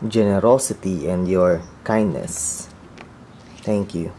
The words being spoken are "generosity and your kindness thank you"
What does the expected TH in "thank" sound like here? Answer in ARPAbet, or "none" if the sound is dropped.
T